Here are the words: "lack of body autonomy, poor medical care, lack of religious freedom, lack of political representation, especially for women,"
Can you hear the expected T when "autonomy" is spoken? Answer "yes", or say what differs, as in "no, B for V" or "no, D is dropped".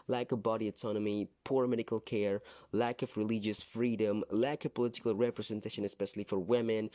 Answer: yes